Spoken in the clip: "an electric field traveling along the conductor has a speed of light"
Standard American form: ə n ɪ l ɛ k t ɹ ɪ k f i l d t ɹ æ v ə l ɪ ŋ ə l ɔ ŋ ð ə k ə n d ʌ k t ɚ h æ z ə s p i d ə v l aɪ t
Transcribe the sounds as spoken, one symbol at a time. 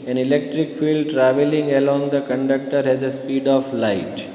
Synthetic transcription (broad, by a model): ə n ɪ l ɛ k t ɹ ɪ k f i l d t ɹ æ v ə l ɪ ŋ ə l ɔ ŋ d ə k ə n d ʌ k t ɚ h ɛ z ə s p i d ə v l aɪ t